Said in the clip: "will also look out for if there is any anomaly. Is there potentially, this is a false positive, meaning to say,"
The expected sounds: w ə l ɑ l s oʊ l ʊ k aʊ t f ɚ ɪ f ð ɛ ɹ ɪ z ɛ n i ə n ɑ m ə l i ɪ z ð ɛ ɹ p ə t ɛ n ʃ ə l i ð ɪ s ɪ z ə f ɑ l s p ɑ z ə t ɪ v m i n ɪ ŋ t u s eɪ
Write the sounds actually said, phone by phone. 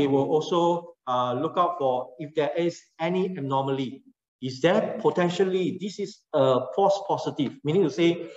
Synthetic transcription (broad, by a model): w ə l ɑ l s oʊ l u k aʊ t f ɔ ɪ f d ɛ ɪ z ɛ n i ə n ɑ m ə l i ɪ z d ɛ p ə t ɛ n ʃ ə l i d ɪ s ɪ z ə p ɑ s p ɑ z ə t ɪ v m i n ɪ ŋ t u s eɪ